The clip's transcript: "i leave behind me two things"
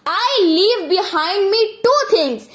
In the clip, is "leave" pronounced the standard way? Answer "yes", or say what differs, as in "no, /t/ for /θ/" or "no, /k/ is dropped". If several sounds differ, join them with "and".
yes